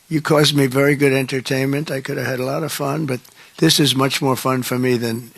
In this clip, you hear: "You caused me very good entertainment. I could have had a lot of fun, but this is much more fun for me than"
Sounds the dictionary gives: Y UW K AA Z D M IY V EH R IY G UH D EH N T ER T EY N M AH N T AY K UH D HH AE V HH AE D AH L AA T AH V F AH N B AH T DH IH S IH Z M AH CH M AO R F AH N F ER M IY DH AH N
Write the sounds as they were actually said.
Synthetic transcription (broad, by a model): Y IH K AA Z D M IY V EH R IY G UH D EH N T ER T EY N M AH N T AY K UH D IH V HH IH D AH L AA T AH V F AH N B AH T DH IH S IH Z M AH CH M AO R F AH N F ER M IY DH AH N